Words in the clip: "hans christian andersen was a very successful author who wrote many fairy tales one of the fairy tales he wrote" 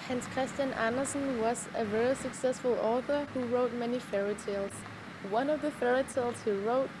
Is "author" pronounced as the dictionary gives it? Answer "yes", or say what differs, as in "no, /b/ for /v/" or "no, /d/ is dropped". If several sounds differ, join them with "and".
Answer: yes